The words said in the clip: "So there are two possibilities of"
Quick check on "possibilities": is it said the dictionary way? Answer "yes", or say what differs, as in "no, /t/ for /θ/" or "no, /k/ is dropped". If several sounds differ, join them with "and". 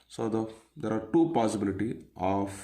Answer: no, /z/ is dropped